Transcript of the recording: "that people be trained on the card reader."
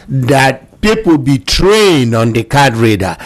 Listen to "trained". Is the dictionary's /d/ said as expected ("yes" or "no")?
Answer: yes